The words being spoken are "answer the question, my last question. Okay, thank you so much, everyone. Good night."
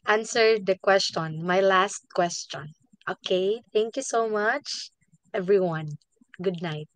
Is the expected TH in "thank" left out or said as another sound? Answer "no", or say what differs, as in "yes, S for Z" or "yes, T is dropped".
yes, T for TH